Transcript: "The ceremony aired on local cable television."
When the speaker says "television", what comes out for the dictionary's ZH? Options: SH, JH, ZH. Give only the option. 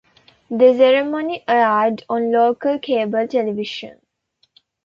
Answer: SH